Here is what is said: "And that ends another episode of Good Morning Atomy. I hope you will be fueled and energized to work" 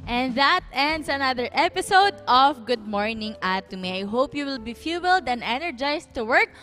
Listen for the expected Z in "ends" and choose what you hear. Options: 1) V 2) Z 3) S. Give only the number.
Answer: 3